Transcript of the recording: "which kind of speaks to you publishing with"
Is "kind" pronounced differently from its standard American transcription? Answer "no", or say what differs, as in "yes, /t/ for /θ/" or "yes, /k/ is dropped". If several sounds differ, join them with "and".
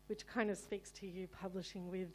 no